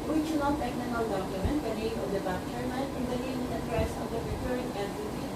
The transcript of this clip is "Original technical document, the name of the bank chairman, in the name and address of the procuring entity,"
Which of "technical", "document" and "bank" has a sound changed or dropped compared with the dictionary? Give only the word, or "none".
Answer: bank